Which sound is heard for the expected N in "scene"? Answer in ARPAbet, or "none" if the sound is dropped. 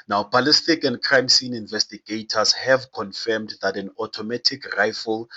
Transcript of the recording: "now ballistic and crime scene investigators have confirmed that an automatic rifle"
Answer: N